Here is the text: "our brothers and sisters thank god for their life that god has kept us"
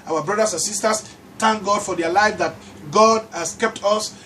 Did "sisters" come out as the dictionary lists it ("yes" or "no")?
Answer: no